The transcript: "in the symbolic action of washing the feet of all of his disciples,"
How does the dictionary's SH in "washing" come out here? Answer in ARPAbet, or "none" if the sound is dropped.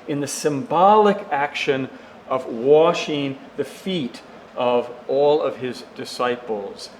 SH